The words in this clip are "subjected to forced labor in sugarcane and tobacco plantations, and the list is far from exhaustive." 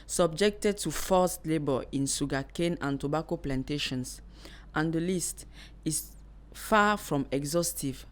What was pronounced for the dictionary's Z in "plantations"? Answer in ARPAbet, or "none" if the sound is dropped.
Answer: S